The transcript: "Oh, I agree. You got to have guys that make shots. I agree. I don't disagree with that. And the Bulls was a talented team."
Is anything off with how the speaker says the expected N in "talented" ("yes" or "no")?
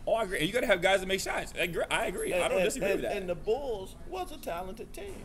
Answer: no